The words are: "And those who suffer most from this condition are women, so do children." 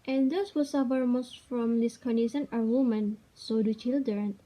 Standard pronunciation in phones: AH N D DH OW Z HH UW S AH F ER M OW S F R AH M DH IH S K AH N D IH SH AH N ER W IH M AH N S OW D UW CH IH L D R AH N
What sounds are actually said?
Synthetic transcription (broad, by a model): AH N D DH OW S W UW S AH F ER M OW S F R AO M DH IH S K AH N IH S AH N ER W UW M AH N S OW D UW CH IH L D R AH N